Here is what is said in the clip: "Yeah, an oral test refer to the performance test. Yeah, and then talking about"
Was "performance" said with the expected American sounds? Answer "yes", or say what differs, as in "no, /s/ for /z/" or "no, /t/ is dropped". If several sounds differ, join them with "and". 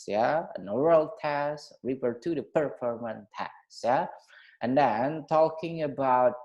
no, /s/ is dropped